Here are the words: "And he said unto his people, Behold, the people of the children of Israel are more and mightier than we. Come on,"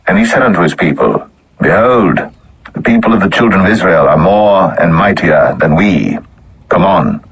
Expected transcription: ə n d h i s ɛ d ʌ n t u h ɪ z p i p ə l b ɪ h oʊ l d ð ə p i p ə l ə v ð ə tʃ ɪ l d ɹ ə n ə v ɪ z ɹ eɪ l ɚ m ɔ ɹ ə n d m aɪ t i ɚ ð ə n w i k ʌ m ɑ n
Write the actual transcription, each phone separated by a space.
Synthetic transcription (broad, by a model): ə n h i s ɛ d ʌ n t u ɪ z p i p ə l b ɪ h oʊ l d ð ə p i p ə l ə v ð ə tʃ ɪ l d ɹ ə n ə v ɪ z ɹ eɪ l ɚ m ɔ ɹ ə n m aɪ t i ɚ ð ə n w i k ʌ m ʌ n